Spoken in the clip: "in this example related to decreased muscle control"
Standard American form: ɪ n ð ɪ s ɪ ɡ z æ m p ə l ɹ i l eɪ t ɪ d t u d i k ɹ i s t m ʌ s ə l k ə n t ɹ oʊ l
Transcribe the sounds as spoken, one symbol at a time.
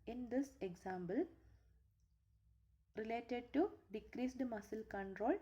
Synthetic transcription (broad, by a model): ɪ n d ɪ s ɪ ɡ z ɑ m b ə l ɹ i l eɪ t ɪ d t u d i k ɹ i s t m ʌ s ə l k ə n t ɹ oʊ l